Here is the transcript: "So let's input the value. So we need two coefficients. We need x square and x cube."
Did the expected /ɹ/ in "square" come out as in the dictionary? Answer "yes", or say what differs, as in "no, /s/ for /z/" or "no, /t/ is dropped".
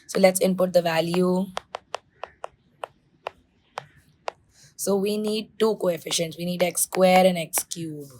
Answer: yes